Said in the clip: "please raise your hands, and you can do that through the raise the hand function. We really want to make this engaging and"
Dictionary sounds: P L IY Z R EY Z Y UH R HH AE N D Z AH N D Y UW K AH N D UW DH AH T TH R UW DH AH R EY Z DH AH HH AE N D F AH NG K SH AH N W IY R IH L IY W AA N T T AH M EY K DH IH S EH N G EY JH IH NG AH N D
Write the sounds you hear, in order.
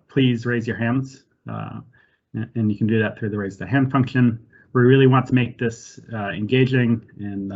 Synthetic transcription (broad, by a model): P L IY Z R EY Z Y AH R HH AE N D Z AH N Y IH K N D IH DH AH T TH R UW DH AH R EY Z DH AH HH AE N D F AH NG K SH AH N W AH R IH L IY W AA N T T AH M EY K DH IH S EH N G EY JH IH NG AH N